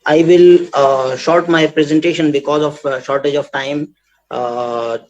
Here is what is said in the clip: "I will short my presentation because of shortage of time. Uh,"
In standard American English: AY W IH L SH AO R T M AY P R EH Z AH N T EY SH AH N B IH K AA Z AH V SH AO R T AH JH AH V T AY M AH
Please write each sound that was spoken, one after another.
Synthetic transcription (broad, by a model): AY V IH L SH AO R T M AY P R EH Z AH N T EY SH AH N B IH K AA Z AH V SH AO R T AH JH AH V T AY M